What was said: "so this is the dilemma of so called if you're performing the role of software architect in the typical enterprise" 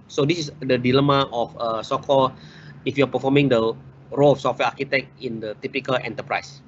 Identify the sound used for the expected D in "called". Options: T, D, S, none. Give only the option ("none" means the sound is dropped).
none